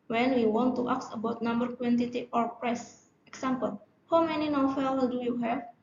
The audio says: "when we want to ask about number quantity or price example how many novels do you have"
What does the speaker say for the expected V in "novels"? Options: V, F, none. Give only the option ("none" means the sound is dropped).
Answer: F